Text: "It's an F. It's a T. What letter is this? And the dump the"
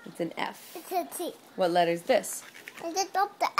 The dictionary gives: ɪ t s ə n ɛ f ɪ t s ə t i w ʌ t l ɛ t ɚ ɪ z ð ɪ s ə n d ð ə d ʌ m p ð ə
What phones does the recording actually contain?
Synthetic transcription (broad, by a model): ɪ t s ə n ɛ f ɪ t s ə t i w ʌ t l ɛ t ɚ ɪ z ð ɪ s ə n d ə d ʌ p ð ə